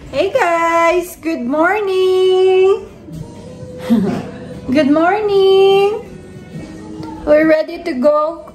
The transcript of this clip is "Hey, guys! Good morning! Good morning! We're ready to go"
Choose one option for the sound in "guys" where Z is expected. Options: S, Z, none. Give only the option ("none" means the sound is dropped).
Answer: S